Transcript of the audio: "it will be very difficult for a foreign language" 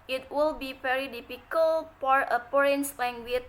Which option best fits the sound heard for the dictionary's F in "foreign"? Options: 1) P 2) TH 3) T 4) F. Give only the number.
1